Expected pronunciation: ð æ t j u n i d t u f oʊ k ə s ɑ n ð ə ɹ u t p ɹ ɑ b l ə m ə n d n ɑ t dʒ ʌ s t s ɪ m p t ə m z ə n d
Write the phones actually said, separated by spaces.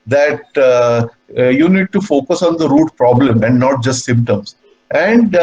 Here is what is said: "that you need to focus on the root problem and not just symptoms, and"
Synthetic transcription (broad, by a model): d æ t j u n i d t u f oʊ k ə s ɑ n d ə ɹ u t p ɹ ɑ b l ə m ə n d n ɑ t dʒ ʌ s t s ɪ m p t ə m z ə n d